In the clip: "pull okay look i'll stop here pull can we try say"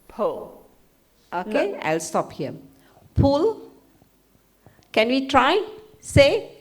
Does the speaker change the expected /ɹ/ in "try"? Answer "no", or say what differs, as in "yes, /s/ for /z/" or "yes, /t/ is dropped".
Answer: no